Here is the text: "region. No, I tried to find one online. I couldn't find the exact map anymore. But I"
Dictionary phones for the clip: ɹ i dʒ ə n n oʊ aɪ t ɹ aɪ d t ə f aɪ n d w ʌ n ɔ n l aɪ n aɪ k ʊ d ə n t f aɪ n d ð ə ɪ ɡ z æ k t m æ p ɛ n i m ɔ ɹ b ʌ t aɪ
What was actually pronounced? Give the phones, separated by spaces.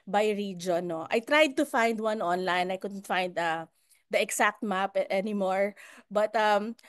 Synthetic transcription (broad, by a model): ɹ i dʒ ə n n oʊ aɪ t ɹ aɪ d t ə f aɪ n d w ʌ n ɔ n l aɪ n aɪ k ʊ d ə n t f aɪ n d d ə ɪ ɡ s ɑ k t m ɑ p ɛ n i m ɔ ɹ b ʌ t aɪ